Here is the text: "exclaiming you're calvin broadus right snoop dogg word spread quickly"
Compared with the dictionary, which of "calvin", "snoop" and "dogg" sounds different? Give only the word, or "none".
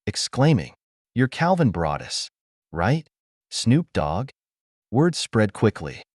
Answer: none